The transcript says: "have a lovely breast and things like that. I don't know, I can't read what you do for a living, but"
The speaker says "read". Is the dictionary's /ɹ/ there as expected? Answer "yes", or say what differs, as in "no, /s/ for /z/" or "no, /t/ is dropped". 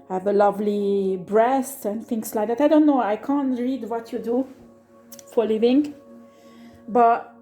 yes